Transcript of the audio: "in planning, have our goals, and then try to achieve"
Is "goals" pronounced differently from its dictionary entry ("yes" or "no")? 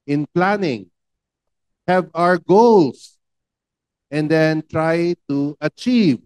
yes